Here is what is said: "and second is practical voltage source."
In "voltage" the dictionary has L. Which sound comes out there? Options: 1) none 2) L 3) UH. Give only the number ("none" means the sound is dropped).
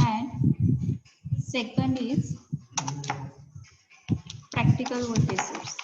1